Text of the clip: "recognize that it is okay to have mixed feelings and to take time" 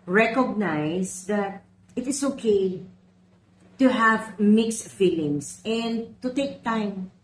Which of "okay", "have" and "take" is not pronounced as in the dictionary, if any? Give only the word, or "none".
none